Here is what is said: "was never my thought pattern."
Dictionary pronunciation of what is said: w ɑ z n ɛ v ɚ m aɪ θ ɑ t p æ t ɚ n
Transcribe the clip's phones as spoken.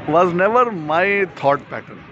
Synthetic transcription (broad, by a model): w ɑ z n ɛ v ɚ m aɪ t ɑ t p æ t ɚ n